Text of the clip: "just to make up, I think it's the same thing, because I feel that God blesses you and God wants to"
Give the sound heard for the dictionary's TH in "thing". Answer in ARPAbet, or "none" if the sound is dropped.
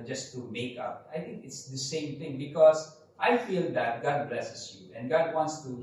T